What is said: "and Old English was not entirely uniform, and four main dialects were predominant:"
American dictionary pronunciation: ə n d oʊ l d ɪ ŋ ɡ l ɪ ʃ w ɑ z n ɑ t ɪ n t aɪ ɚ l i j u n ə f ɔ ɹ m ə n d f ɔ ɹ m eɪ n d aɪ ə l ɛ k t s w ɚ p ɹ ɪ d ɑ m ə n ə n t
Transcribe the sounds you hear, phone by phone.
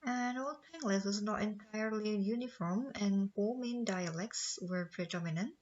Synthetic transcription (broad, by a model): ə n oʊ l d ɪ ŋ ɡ l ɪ s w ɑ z n ɑ t ɪ n t aɪ ɚ l i j u n ə f ɔ ɹ m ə n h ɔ m eɪ n d aɪ ə l ɛ k t s w ɚ p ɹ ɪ d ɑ m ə n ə n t